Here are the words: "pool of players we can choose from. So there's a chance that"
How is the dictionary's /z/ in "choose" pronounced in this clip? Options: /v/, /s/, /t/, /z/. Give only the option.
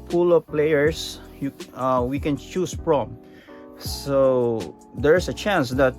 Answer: /s/